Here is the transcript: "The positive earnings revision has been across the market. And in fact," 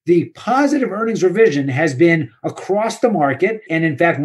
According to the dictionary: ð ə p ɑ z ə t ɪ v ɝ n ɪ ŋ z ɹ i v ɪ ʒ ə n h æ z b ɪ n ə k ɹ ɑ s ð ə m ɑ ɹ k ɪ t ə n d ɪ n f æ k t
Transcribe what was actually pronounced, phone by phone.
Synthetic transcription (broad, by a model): ð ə p ɑ z ə t ɪ v ɝ n ɪ ŋ z ɹ i v ɪ ʒ ə n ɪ z b ɪ n ə k ɹ ɑ s ð ə m ɑ ɹ k ɪ t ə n ɪ n f æ k t